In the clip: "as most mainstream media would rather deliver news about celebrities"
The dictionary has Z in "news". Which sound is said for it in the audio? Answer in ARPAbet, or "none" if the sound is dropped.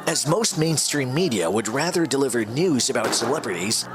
Z